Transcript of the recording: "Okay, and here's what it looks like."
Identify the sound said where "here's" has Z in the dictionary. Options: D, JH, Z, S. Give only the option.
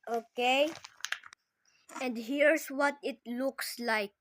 S